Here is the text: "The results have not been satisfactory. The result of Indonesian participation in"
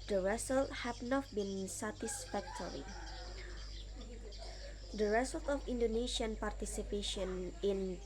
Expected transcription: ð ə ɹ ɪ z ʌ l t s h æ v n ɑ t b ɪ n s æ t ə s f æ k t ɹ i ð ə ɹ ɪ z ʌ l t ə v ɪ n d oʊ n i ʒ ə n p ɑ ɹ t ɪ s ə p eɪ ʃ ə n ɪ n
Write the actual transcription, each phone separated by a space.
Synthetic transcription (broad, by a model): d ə ɹ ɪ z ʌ l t h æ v n ɑ t b ɪ n s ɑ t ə s f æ k t ɹ i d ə ɹ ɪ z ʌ l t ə f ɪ n d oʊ n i ʃ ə n p ɑ ɹ t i s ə p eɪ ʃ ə n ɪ n